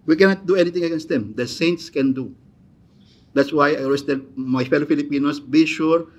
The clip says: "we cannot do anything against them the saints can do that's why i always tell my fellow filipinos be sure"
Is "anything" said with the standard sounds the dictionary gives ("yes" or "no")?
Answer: no